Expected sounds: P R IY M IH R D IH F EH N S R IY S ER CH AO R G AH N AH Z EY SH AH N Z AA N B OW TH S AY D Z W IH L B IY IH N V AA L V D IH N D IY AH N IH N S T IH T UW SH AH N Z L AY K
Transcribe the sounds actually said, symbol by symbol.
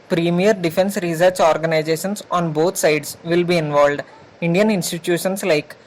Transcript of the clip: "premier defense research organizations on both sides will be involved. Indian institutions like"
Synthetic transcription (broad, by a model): P R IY M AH R D IH F EH N S R IY S ER CH AO R G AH N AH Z EY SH AH N S AA N B OW T S AY D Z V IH L B IY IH N V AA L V D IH N D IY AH N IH N S T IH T UW SH AH N S L AY K